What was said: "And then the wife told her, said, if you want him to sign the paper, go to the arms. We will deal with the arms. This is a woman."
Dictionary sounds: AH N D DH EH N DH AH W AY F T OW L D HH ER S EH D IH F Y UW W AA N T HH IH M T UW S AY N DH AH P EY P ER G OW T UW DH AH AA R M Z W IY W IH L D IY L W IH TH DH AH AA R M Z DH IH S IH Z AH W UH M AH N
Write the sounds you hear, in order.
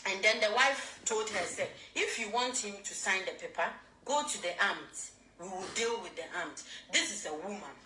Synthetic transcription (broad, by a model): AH N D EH N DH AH W AY F T OW L D HH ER S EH IH F Y UW W AA N T HH IH M T UW S AY N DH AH P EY P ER G OW T UW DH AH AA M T W IY W IH L D IY L W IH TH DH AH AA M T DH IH S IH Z AH W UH M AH N